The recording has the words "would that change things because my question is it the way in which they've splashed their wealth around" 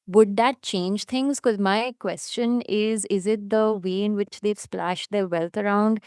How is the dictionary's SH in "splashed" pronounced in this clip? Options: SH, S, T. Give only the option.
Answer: SH